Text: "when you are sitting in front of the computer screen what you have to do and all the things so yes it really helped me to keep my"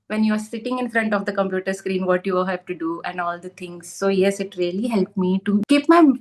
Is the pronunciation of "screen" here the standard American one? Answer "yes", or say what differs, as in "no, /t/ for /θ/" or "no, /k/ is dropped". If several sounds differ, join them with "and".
yes